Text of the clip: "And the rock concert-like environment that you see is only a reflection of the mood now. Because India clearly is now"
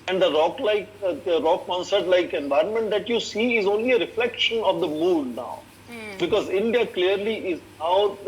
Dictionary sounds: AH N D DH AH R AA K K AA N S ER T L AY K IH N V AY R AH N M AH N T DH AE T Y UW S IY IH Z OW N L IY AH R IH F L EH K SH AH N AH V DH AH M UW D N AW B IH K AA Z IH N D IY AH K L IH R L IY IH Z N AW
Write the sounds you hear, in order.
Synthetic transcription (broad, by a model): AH N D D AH R AA K K AA N S ER T L AY K IH N V AY R AH N M AH N T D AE T Y UW S IY IH Z OW N L IY AH R IH F L EH K SH AH N AH V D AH M UW D N AW B IH K AA Z IH N D IY AH K L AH R L IY IH Z N AW